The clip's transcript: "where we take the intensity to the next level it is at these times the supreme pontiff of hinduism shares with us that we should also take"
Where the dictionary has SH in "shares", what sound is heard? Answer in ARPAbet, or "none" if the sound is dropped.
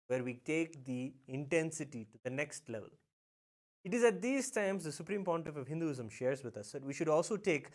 SH